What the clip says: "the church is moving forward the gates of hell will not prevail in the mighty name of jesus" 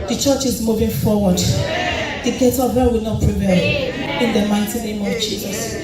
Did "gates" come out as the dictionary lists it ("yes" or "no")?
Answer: no